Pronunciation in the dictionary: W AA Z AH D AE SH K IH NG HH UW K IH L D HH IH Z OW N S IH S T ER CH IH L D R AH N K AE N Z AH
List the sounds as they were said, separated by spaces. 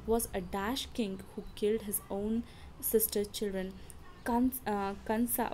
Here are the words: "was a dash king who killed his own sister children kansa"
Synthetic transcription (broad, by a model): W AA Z AH D AE SH K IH NG HH UW K IH L D HH IH Z OW N S IH S T ER CH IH L D R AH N K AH N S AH